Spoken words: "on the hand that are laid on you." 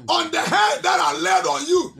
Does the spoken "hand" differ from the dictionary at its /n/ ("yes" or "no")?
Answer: yes